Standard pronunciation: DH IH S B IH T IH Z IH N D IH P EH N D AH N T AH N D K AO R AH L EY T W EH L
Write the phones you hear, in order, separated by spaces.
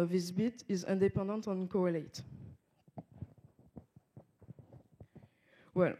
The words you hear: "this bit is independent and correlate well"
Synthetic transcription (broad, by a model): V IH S B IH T IH Z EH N D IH P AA D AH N T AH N K AO R AH L EY T W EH L